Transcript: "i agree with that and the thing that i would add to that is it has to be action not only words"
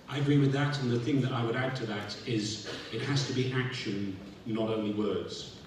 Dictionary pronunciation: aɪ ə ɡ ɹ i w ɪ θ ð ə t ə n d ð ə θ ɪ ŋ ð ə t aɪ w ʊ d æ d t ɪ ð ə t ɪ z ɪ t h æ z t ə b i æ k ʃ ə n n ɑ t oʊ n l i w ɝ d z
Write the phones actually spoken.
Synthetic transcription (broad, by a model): aɪ ə ɡ ɹ i w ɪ ð ə t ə n ð ə θ ɪ ŋ ð ə t aɪ w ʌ d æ d t ɪ ð ə t ɪ z ɪ t h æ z t ə b i æ k ʃ ə n n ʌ t oʊ n l i w ɝ d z